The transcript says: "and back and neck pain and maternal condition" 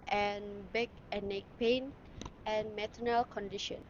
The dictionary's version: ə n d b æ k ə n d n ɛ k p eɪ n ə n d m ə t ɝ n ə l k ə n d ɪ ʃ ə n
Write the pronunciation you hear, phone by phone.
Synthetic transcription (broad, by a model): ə n b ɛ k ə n n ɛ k p eɪ n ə n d m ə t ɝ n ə l k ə n d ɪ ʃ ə n